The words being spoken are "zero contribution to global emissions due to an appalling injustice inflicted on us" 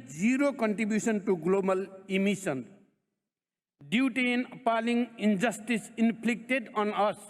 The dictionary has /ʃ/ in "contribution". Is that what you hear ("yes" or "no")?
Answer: no